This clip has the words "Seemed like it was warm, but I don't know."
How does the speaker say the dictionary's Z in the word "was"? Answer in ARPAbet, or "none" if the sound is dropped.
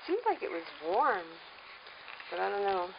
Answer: Z